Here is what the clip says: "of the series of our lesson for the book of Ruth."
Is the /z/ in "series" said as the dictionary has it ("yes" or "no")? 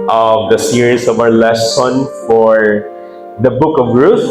no